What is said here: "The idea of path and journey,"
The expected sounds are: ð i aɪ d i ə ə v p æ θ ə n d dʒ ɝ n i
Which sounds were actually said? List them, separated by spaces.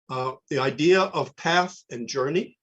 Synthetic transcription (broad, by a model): ð i aɪ d i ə ə v p æ θ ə n dʒ ɝ n i